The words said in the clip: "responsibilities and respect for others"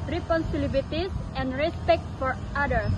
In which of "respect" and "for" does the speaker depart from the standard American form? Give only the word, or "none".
none